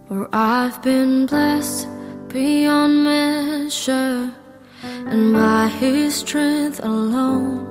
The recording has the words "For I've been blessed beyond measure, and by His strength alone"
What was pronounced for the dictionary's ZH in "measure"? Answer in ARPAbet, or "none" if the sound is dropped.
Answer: SH